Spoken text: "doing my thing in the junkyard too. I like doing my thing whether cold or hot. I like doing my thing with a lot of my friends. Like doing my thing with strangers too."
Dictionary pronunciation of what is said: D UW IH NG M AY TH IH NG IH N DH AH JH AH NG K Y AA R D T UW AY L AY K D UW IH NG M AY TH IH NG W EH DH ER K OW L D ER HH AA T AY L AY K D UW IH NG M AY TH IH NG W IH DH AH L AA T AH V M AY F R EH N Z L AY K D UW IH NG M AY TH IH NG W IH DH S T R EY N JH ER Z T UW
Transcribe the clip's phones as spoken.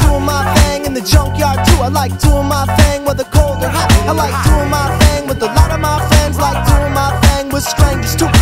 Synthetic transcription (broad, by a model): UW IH M AY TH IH NG IH N DH AH JH AH NG K Y AA R D T UW AY L AY K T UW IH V M AY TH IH NG W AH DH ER K OW L D ER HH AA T AY L AY K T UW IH M AY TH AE NG W IH DH AH L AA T AH V M AY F EH N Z L AY K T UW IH M AY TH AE NG W IH DH S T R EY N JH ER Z T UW